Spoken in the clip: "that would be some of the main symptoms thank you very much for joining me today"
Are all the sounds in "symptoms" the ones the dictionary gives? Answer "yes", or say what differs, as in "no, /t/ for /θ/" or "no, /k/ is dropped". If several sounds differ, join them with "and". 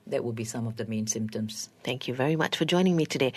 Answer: yes